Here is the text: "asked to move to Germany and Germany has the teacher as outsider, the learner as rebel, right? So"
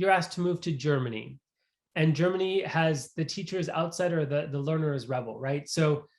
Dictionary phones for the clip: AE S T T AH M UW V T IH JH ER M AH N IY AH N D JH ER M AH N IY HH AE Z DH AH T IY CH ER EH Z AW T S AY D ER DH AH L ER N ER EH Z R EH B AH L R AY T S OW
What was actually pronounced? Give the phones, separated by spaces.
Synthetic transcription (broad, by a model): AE S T T AH M UW V T IH JH ER M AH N IY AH N JH ER M AH N IY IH Z DH AH T IY CH ER Z AW T S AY D ER DH AH L ER N ER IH Z R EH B L R AY T S OW